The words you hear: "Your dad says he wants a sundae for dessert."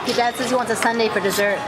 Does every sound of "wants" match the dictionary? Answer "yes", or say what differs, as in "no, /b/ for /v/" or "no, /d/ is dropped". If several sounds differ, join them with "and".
no, /s/ is dropped